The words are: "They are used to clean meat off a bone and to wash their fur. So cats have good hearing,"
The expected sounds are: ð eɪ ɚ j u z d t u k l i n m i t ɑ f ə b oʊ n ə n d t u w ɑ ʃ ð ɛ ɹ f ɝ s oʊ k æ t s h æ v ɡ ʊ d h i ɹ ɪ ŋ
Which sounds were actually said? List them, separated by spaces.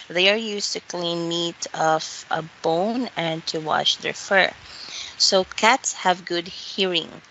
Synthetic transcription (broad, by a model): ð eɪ ɚ j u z t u k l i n m i t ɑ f ə b oʊ n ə n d t u w ɑ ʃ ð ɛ ɹ f ɝ s oʊ k æ t s h æ v ɡ ʊ d h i ɹ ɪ ŋ